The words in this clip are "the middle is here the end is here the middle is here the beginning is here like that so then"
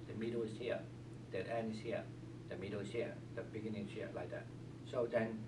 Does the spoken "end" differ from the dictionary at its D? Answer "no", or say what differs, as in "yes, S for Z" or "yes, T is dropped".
yes, D is dropped